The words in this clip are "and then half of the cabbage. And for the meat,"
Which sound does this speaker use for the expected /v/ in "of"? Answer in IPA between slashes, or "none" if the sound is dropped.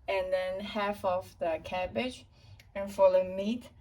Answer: /f/